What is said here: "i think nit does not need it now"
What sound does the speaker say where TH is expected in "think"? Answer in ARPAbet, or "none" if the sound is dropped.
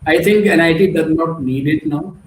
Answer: T